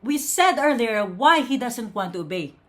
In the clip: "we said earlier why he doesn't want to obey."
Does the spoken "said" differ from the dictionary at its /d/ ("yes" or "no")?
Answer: no